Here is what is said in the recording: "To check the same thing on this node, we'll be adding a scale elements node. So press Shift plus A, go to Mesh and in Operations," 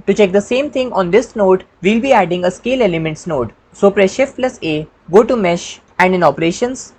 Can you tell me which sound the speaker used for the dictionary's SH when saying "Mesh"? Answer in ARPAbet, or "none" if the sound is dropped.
SH